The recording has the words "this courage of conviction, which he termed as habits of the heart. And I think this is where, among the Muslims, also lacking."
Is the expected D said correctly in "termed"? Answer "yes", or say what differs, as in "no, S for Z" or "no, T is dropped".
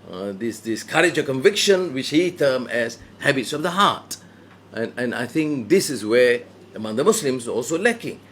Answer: no, D is dropped